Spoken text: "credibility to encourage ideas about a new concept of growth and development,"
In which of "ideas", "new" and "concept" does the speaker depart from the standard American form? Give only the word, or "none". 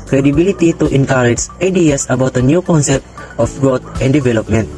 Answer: ideas